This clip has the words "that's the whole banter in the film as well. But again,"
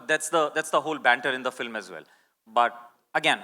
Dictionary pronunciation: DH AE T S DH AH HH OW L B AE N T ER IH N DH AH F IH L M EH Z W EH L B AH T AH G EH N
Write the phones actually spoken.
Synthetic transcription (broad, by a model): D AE T S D AH HH OW L B AE N T ER IH N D AH F IH L M EH Z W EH L B AH T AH G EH N